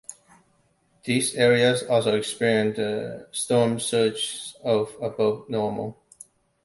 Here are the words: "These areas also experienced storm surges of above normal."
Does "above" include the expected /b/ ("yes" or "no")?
no